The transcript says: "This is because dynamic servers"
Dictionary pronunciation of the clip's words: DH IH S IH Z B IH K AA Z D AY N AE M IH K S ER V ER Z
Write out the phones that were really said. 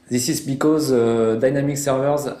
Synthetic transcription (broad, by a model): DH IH S IH Z B IH K AA Z D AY N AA M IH K S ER V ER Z